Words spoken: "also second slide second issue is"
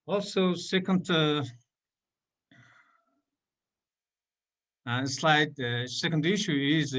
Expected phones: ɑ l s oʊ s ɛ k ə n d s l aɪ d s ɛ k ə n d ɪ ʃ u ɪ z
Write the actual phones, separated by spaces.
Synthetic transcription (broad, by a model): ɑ l s oʊ s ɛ k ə n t s l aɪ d s ɛ k ə n d ɪ ʃ u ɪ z